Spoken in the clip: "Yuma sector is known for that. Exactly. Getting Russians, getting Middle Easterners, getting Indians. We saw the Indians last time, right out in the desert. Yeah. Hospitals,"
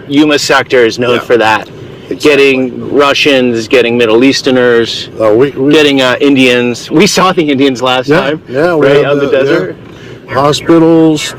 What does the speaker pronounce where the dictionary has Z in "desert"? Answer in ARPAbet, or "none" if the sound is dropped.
Z